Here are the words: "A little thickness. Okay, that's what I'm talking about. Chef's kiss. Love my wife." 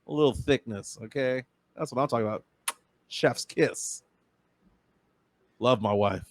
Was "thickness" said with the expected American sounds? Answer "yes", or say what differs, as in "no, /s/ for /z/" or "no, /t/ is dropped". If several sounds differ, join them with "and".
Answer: yes